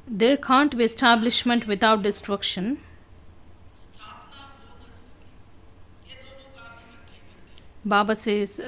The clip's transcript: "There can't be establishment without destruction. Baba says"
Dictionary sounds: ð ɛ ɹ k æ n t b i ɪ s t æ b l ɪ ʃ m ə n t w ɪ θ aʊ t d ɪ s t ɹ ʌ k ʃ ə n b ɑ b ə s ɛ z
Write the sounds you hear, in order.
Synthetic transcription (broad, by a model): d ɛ ɹ k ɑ n t b i ɪ s t æ b l ɪ ʃ m ə n t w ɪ t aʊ t d ɪ s t ɹ ʌ k ʃ ə n b ɑ b ə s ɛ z